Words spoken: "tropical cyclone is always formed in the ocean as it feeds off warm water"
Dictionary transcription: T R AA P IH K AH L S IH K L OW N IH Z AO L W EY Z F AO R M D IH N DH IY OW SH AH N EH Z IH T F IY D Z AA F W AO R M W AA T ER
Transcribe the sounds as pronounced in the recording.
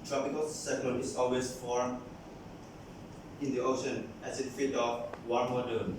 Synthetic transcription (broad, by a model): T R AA P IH K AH L S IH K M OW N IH S AO L W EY S F AO R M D IH N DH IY OW SH AH N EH S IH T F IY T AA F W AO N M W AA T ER